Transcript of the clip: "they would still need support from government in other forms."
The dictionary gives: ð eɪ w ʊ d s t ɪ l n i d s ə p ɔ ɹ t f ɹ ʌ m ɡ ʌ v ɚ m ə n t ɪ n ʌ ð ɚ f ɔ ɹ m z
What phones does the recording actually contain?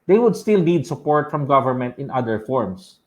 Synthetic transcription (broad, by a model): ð eɪ w ʊ d s t ɪ l n i d s ə p ɔ ɹ t f ɹ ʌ m ɡ ʌ v ɚ m ə n t ɪ n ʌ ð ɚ f ɔ ɹ m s